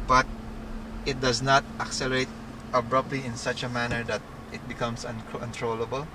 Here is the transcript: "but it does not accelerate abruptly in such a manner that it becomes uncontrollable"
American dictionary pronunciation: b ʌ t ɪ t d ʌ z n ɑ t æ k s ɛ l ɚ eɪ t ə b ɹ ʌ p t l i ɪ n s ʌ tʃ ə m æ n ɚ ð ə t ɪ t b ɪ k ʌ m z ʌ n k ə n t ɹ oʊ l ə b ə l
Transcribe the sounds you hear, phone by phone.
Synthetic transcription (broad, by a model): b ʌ t ɪ t d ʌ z n ɑ t æ k s ɛ l ɚ eɪ t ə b ɹ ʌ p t l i ɪ n s ʌ tʃ ə m æ n ɚ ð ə t ɪ t b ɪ k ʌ m s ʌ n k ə n t ɹ oʊ l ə b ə l